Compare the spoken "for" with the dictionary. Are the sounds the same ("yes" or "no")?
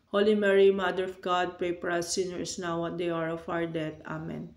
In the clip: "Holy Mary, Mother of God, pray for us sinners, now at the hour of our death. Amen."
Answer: no